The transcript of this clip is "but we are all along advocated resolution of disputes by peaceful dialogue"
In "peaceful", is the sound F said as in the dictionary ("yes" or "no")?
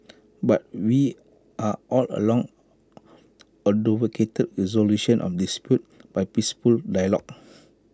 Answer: no